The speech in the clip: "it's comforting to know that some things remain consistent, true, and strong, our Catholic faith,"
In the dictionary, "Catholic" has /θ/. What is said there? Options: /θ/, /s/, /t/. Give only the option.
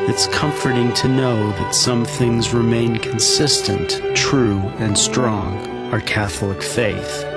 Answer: /θ/